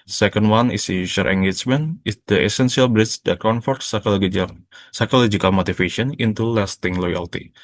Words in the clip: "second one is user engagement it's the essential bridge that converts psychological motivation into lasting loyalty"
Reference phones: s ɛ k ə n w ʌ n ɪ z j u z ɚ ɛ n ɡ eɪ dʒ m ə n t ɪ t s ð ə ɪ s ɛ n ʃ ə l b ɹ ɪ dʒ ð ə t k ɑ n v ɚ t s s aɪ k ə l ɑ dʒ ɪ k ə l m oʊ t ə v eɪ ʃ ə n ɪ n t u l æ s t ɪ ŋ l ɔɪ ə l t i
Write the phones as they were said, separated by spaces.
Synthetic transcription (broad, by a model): s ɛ k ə n w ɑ n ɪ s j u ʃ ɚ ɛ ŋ ɡ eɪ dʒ m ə n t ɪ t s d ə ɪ s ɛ n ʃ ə l b ɹ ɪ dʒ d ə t k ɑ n f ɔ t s s aɪ k ə l ɑ dʒ ɪ k ə l m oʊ t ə f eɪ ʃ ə n ɪ n t u l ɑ s t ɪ ŋ l ɔɪ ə l t i